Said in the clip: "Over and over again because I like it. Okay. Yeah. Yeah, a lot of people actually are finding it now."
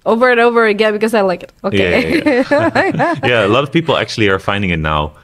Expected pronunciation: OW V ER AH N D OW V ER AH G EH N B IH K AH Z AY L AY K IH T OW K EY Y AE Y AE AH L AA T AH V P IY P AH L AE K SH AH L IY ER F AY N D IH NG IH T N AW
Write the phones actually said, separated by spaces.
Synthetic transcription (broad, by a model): OW V ER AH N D OW V ER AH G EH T B IH K AH Z AY L AY K IH T OW UH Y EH Y AE AH L AA T AH V P IY P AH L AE K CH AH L IY ER F AY N D IH NG IH T N AW